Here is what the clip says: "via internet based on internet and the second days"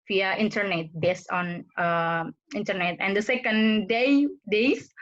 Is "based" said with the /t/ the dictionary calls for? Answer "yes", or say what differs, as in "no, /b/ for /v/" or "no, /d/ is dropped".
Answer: no, /t/ is dropped